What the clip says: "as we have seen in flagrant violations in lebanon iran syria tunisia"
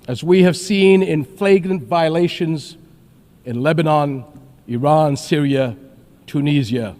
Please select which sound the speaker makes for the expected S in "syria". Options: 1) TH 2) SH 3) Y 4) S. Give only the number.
4